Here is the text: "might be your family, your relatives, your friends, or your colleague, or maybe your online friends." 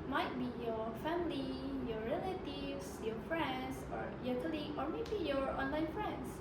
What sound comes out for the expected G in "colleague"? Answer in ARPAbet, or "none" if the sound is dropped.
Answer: none